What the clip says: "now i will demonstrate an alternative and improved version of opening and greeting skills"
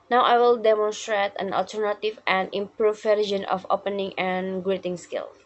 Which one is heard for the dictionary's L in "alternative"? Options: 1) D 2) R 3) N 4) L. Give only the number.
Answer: 4